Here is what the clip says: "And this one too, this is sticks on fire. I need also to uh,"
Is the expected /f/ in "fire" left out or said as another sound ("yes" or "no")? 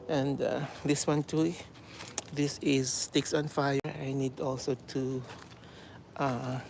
no